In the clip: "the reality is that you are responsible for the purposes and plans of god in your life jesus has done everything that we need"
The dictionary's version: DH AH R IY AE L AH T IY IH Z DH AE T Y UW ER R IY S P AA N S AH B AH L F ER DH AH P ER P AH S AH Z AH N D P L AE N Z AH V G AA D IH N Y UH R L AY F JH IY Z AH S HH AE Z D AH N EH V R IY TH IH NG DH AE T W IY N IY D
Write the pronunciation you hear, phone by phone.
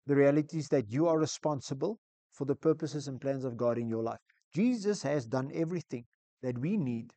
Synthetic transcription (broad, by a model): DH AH R IY AE L AH T IY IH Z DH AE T Y UW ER R IY S P AA N S AH B AH L F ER DH AH P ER P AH S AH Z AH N P L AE N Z AH V G AA D IH N Y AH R L AY F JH IY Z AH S HH AE Z D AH N EH V R IY TH IH NG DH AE T W IY N IY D